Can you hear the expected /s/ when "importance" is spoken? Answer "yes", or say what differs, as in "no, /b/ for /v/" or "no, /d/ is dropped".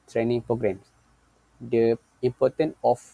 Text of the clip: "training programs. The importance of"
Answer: no, /s/ is dropped